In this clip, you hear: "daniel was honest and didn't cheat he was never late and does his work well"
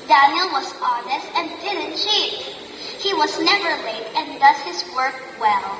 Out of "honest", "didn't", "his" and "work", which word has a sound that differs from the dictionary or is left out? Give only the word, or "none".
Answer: none